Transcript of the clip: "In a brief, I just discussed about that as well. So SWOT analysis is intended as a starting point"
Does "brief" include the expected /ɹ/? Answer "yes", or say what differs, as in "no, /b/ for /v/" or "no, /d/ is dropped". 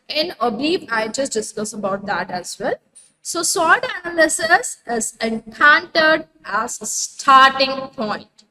no, /ɹ/ is dropped